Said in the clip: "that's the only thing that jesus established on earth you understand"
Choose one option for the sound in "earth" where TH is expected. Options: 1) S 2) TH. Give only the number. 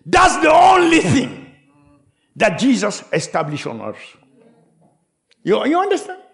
1